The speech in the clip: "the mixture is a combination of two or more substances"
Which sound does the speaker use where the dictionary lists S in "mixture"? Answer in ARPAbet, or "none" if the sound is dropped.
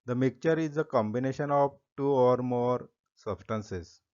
none